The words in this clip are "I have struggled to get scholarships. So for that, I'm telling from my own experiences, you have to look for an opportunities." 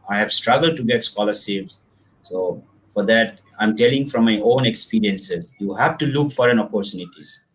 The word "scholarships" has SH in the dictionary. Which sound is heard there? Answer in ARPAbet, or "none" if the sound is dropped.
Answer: S